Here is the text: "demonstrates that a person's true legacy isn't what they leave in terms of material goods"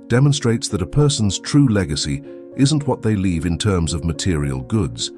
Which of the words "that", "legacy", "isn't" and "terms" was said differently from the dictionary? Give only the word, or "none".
none